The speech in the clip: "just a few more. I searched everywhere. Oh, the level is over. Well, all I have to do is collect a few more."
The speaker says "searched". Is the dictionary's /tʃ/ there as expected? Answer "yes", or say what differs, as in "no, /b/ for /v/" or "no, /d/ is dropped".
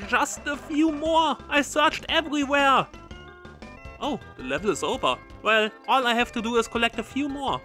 yes